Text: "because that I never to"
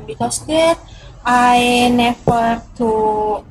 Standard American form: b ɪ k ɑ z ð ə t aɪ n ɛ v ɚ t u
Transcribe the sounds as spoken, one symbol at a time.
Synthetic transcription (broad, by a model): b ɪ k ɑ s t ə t aɪ n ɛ f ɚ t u